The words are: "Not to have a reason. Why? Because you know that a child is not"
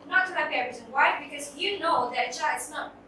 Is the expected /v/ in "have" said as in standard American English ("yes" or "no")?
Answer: no